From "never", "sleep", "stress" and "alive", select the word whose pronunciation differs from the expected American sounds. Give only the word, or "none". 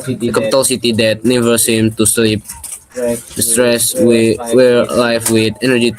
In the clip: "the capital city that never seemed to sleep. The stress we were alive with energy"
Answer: alive